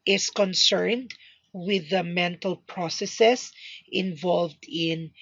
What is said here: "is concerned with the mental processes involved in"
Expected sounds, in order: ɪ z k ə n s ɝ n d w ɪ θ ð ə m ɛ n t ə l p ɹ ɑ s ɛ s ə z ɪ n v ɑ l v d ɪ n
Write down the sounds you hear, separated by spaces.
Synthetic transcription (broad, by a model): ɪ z k ə n s ɝ n d w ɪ ð ə m ɛ n t ə l p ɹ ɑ s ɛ s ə s ɪ n v ɑ l v d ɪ n